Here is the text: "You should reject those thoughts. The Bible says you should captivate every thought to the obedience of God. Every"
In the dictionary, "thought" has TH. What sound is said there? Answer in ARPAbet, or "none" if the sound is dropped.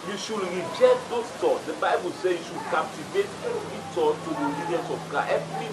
T